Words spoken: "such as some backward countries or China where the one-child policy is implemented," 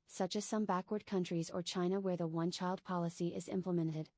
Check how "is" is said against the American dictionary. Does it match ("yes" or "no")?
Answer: yes